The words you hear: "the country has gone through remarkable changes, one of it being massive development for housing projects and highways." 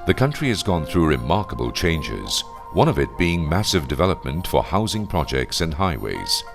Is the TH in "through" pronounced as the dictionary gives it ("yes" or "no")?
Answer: yes